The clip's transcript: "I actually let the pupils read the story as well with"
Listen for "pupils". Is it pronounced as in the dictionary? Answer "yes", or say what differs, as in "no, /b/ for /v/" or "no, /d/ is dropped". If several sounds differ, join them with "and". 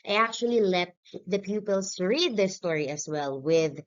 no, /s/ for /z/